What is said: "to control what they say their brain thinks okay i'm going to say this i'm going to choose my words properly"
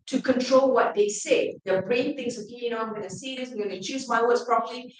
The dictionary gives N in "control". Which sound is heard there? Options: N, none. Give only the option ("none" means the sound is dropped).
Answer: N